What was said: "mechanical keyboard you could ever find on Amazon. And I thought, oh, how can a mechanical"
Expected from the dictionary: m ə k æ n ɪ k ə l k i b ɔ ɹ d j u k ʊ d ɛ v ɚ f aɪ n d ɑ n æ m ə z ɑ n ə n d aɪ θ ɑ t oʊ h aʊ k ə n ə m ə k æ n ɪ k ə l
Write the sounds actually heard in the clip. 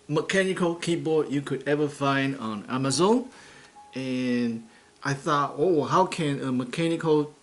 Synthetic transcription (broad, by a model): m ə k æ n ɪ k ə l k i b ɔ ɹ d j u k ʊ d ɛ v ɚ f aɪ n d ɑ n æ m ə z ɑ n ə n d aɪ θ ɑ t oʊ h aʊ k ə n ə m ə k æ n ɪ k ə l